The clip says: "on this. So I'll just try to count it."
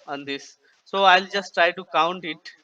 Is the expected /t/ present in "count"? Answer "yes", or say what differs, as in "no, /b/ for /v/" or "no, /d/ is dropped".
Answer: yes